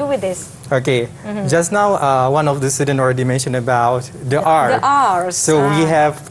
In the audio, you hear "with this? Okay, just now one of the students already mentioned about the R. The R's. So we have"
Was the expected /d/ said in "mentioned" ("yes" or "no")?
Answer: no